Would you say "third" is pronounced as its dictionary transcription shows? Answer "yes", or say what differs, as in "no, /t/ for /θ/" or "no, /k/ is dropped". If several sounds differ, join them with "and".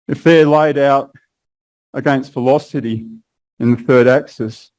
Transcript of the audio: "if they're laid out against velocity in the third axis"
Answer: yes